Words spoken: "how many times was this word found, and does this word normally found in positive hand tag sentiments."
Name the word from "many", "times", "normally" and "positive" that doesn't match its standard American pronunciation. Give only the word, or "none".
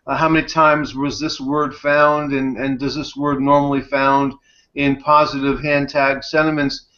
none